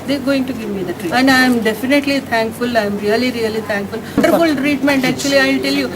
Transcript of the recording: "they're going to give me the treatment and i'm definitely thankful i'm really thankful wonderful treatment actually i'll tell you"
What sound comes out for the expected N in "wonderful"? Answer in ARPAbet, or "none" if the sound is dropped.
none